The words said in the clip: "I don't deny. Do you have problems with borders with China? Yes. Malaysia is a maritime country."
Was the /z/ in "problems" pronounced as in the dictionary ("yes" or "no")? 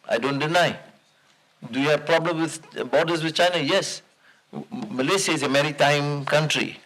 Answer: no